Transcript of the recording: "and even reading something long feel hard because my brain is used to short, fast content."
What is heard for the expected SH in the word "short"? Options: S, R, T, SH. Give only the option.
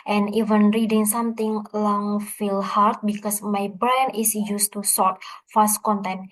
S